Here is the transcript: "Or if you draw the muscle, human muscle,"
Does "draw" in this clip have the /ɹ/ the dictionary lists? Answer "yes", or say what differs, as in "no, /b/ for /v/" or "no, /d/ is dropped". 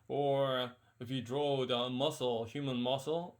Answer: yes